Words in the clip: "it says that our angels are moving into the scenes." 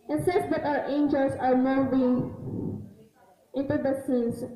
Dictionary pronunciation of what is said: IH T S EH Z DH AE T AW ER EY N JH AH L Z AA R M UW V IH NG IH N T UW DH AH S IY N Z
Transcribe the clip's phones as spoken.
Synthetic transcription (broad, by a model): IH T S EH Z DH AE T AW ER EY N JH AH L S AA R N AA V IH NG IH N T UW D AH S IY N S